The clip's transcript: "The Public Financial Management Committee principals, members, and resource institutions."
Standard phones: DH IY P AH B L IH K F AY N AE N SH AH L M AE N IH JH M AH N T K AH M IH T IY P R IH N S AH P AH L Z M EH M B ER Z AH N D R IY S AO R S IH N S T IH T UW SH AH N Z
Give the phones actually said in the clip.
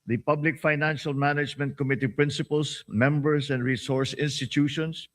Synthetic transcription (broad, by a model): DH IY P AH B L IH K F AY N AE N SH AH L M AE N IH JH M AH N T K AH M IH T IY P R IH N S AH P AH L S M EH M B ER S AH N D R IY S AO R S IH N S T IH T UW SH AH N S